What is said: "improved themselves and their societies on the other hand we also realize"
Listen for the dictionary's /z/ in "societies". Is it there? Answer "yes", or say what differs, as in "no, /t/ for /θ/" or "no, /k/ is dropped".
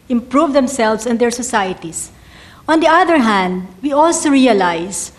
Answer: no, /s/ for /z/